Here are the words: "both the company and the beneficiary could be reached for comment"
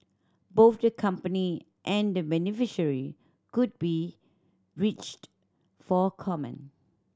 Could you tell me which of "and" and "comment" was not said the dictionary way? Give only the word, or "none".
comment